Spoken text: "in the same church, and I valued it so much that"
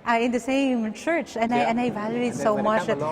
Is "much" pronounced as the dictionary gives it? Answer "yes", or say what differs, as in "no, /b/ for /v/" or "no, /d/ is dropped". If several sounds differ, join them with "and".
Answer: yes